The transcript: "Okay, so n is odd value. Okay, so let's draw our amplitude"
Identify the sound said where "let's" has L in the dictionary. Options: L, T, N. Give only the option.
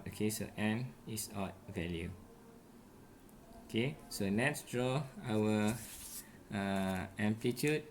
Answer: N